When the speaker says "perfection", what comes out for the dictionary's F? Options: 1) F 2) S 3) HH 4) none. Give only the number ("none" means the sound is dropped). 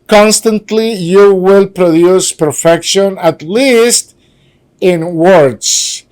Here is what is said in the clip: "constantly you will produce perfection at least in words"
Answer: 1